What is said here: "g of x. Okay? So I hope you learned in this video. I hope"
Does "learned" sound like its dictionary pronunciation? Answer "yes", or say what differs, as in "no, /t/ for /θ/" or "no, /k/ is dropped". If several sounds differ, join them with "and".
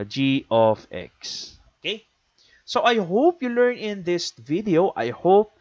no, /d/ is dropped